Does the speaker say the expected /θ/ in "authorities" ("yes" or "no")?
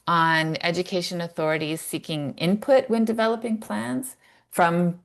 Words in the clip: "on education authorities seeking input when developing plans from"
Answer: yes